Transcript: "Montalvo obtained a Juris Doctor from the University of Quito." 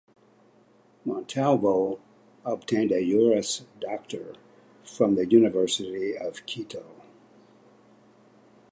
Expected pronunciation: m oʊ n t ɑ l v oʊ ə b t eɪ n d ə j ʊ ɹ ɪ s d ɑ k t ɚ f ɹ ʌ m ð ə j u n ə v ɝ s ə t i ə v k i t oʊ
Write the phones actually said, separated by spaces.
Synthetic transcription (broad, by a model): m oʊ n t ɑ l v oʊ ə b t eɪ n d ə j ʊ ɹ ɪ s d ɑ k t ɚ f ɹ ʌ m ð ə j u n ə v ɝ s ə t i ə v k i t oʊ